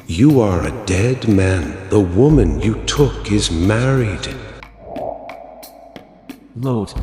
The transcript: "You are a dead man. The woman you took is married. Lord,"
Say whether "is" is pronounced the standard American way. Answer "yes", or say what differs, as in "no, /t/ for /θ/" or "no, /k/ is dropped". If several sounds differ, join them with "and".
yes